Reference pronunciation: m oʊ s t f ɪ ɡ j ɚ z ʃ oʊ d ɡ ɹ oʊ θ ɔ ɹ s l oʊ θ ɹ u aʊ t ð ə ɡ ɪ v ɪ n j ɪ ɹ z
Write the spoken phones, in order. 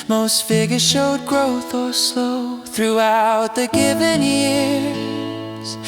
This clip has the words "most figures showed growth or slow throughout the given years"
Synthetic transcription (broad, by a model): m oʊ s t f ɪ ɡ j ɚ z ʃ oʊ d ɡ ɹ oʊ θ ɔ l s oʊ θ ɹ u aʊ t ð ə ɡ ɪ v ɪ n j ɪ ɹ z